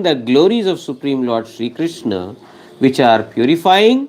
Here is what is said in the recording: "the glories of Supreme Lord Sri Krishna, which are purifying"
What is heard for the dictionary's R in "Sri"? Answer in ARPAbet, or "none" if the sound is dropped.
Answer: R